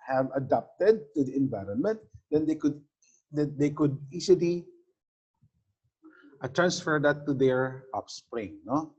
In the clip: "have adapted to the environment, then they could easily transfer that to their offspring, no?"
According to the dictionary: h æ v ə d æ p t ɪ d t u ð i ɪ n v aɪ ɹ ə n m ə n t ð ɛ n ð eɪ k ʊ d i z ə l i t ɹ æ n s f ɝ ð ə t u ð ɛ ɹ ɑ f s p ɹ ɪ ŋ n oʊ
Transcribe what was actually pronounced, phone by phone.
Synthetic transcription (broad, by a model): h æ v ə d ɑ p t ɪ d t u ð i ɪ n v aɪ ɹ ə n m ə n t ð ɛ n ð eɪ k ʊ d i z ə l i t ɹ æ n s f ɝ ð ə t u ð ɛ ɹ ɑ p s p ɹ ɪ ŋ n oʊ